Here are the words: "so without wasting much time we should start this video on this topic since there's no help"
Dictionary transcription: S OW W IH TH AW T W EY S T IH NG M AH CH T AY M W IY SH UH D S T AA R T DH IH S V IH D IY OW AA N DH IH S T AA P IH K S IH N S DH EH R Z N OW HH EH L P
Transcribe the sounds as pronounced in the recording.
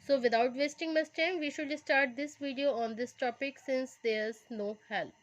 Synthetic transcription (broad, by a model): S OW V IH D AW T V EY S T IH NG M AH S T AY M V IY SH UH D S T AA R T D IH S V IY D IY OW AA N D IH S T AA P IH K S IH N S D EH R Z N OW HH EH L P